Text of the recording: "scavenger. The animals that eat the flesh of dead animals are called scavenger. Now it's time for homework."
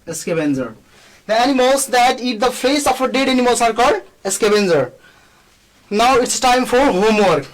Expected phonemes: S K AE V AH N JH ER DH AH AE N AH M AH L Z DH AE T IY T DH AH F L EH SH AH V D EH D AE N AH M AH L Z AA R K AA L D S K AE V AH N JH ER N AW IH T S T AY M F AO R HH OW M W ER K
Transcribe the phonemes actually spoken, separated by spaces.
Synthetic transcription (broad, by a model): S K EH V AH N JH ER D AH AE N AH M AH L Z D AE T IY T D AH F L EH S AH F D EH D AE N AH M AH L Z AA R K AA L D S K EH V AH N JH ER N AW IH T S T AY M F AO R HH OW M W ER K